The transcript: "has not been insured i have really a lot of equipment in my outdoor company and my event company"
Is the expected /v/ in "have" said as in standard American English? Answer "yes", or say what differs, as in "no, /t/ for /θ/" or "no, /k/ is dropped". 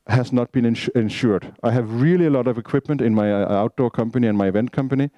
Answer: yes